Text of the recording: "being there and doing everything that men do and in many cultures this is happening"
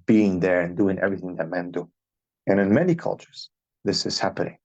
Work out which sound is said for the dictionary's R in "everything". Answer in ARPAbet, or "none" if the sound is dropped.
R